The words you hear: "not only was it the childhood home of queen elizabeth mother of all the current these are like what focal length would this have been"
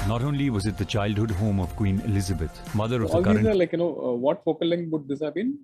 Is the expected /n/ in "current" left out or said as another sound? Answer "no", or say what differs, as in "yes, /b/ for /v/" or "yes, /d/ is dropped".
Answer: yes, /n/ is dropped